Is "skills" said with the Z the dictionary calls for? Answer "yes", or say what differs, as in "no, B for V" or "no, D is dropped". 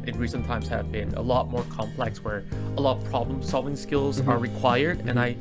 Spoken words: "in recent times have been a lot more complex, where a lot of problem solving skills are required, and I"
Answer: yes